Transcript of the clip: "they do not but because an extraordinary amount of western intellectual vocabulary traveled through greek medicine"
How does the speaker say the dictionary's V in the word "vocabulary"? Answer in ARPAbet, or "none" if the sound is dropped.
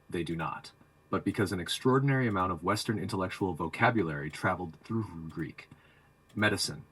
V